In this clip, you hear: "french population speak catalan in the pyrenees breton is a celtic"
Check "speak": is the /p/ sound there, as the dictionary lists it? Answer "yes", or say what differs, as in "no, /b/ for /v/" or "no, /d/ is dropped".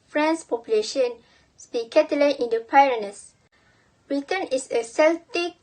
no, /b/ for /p/